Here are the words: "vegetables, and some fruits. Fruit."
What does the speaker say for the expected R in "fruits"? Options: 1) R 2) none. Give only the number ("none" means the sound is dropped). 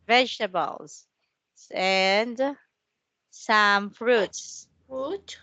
1